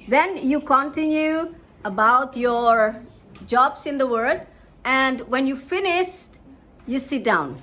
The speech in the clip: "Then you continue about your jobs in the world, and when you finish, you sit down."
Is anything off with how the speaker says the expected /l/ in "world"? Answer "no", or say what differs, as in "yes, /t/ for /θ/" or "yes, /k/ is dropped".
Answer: yes, /l/ is dropped